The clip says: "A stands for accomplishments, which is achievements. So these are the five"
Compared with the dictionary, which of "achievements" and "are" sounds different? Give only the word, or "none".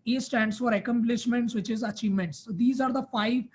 none